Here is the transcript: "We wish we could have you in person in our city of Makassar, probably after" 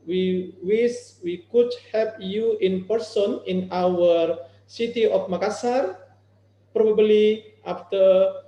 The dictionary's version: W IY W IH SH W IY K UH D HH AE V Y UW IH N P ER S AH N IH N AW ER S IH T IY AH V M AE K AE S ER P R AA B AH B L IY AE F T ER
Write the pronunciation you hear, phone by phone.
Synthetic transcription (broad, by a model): W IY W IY S W IY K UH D HH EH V Y UW IH N P ER S AH N IH N AW ER S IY T IY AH F M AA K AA S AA P R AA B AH B L IY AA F T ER